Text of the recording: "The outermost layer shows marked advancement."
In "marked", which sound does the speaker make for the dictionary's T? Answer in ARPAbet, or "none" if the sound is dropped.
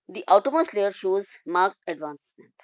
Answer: none